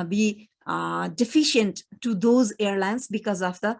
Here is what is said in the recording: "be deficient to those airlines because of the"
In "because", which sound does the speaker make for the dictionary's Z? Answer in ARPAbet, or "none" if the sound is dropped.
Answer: Z